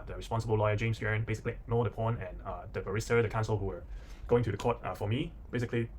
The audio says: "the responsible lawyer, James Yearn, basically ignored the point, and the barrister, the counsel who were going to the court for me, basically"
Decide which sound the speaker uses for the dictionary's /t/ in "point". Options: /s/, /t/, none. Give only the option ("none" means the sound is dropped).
none